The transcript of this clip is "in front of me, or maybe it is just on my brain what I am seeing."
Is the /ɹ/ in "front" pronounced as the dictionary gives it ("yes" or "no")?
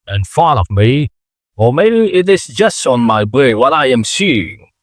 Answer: no